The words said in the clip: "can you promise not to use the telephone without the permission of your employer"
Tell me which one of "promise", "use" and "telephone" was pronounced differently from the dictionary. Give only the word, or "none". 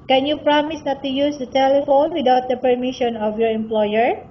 none